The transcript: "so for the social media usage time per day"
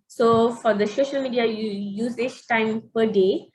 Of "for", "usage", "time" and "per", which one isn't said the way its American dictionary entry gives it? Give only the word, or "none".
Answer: usage